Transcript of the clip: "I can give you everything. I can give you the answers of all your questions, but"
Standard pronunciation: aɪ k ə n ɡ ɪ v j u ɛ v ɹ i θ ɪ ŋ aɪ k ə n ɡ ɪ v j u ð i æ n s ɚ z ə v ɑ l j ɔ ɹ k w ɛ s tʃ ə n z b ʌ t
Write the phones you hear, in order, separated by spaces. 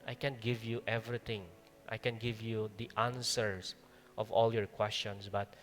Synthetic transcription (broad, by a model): aɪ k ə n ɡ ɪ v j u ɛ v ɹ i t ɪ ŋ aɪ k ə n ɡ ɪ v j u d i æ n s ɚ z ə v ɑ l j ɔ ɹ k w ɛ s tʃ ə n s b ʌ t